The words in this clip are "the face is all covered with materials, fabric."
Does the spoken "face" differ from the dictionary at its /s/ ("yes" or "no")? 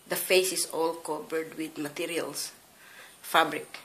no